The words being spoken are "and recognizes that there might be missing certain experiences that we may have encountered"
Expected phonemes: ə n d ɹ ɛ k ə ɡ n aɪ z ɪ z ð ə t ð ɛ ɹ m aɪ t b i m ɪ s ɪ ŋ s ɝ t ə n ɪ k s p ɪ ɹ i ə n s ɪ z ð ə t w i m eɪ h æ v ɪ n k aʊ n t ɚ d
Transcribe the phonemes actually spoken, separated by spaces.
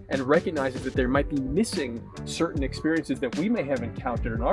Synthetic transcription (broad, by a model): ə n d ɹ ɛ k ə ɡ n aɪ z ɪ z ð ə t ð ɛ ɹ m aɪ t b i m ɪ s ɪ ŋ s ɝ t n ɪ k s p ɪ ɹ i ə n s ɪ z ð ə t w i m eɪ h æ v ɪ n k aʊ n t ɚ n